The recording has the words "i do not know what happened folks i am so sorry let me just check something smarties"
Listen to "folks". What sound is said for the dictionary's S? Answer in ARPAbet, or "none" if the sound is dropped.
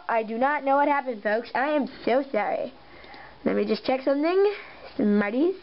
S